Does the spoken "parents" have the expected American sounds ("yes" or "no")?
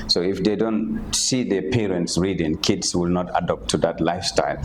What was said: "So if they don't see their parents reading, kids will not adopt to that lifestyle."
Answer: yes